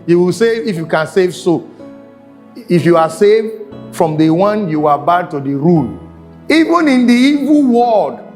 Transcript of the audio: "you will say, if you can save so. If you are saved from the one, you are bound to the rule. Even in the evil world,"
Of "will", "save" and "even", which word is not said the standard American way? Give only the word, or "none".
none